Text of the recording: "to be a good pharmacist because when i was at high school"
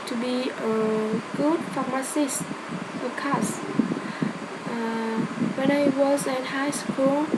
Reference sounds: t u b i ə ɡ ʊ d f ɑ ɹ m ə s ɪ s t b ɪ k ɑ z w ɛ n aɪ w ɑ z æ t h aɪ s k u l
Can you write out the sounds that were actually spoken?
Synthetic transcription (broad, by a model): t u b i ə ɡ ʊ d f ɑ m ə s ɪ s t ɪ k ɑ s w ɛ n aɪ w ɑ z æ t h aɪ s k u l